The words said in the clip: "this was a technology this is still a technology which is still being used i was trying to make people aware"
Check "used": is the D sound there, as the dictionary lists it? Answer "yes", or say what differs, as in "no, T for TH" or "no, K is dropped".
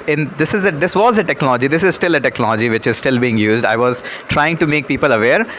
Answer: yes